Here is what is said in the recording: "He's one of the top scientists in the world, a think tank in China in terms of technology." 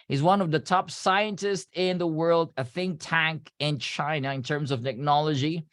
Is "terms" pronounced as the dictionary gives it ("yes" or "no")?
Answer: yes